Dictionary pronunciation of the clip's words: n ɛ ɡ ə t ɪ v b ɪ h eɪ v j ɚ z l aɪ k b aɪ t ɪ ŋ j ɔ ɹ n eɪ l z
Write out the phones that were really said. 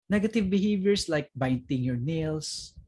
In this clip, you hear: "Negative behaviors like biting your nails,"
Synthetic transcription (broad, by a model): n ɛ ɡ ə t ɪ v b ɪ h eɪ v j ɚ s l aɪ k b aɪ t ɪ ŋ j ɔ ɹ n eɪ l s